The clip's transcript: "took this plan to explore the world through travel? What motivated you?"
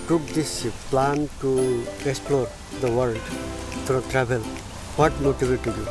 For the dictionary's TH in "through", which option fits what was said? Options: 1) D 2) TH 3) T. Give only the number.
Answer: 3